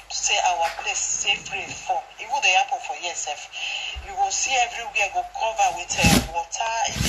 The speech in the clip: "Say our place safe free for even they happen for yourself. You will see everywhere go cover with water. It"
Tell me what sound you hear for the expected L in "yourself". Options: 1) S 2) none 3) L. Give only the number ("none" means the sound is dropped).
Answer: 2